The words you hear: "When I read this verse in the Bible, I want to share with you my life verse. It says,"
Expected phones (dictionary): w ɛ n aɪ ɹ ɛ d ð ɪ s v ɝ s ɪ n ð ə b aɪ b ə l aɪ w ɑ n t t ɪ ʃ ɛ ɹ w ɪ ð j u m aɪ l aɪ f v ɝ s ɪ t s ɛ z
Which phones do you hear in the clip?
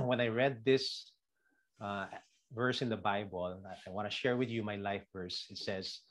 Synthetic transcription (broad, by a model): w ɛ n aɪ ɹ ɛ d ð ɪ s v ɝ s ɪ n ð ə b aɪ b ə l aɪ w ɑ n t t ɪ ʃ ɛ ɹ w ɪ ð j u m aɪ l aɪ f v ɝ s ɪ t s ɛ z